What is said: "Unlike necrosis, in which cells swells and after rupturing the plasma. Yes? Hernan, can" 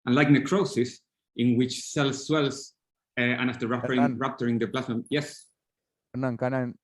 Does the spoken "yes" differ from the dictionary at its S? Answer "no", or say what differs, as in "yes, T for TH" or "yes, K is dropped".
no